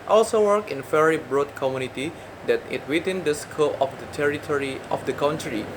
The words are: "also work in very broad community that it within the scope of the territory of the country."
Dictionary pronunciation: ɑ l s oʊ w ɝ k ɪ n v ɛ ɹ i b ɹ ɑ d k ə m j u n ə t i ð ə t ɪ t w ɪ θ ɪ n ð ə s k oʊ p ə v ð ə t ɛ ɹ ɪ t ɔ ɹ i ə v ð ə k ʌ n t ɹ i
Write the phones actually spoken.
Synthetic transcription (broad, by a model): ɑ l s oʊ w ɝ k ɪ n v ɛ ɹ i b ɹ ɑ d k ə m j u n ə t i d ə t ɪ t w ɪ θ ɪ n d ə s k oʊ ə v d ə t ɛ ɹ ɪ t ɔ ɹ i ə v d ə k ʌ n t ɹ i